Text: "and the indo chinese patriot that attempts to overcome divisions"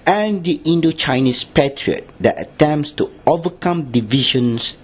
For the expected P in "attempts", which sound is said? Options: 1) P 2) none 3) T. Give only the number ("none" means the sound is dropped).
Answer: 1